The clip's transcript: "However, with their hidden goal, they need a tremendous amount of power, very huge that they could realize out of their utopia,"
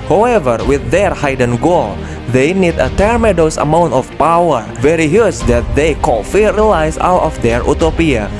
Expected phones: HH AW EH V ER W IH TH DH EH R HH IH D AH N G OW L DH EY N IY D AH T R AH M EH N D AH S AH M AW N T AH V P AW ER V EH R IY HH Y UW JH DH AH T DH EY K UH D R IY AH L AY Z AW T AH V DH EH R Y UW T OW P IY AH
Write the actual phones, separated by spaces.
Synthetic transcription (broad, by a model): HH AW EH V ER W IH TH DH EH R HH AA D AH N G OW L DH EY N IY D AH T R M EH D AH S AH M AW N T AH F P AW ER V EH R IY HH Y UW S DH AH T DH EY K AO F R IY L AY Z AW T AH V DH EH R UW T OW P IY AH